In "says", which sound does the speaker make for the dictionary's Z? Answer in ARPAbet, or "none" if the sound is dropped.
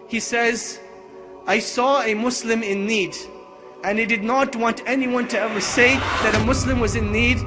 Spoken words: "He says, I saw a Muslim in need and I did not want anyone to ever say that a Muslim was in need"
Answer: Z